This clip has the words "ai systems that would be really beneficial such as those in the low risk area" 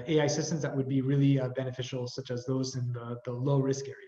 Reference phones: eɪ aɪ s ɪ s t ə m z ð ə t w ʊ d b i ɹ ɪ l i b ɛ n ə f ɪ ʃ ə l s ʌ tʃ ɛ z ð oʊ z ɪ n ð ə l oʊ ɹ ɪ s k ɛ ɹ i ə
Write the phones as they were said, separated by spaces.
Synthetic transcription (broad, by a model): eɪ aɪ s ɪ s t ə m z ð ə t w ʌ d b i ɹ ɪ l i b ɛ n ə f ɪ ʃ l s ʌ tʃ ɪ z ð oʊ z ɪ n ð ə l oʊ ɹ ɪ s k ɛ ɹ i